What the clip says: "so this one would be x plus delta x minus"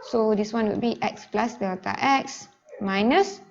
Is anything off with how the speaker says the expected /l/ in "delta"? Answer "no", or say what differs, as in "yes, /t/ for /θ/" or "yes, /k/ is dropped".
yes, /l/ is dropped